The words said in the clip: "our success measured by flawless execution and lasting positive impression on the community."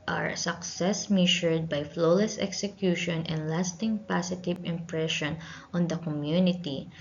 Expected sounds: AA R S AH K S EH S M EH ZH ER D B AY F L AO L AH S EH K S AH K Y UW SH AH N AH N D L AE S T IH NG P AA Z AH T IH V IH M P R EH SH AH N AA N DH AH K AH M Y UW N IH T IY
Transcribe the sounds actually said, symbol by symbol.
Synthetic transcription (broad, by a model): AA R S AH K S EH S M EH SH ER D B AY F L AO L AH S EH K S AH K Y UW SH AH N AH N D L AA S T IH NG P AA S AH T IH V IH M P R EH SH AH N AA N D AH K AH M Y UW N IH T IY